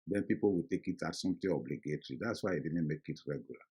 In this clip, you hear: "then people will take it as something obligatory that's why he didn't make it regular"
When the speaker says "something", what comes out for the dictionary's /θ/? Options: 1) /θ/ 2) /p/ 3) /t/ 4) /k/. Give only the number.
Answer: 3